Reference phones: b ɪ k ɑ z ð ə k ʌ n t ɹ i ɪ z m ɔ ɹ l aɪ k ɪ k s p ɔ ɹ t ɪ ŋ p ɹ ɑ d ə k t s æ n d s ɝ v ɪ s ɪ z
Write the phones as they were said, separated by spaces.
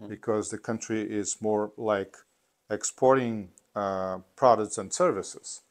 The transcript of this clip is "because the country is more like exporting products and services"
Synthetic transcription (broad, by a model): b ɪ k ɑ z ð ə k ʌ n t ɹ i ɪ z m ɔ ɹ l aɪ k ɪ k s p ɔ ɹ t ɪ ŋ p ɹ ɑ d ə k t s n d s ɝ v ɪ s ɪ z